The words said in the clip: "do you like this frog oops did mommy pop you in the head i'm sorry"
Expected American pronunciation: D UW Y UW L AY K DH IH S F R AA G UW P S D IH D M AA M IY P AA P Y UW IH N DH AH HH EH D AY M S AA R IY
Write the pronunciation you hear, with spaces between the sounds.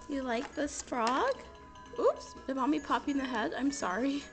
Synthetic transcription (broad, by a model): Y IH L AY K DH IH S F R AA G UW P S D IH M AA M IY P AA P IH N DH AH HH EH D AY M S AA R IY